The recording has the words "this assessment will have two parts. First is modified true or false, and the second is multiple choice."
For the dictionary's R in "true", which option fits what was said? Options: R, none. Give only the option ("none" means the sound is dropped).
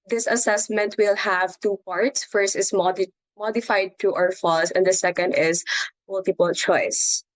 none